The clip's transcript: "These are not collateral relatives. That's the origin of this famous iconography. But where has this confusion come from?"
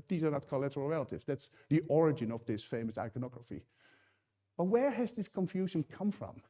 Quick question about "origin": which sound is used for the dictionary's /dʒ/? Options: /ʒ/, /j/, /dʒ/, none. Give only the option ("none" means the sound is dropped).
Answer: /dʒ/